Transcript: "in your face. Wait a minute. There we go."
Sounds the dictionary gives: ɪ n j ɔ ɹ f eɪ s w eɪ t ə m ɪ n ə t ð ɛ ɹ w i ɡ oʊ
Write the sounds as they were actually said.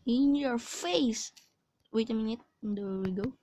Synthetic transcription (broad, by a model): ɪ n j ɔ ɹ f eɪ s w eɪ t ə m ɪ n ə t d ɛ w w i ɡ oʊ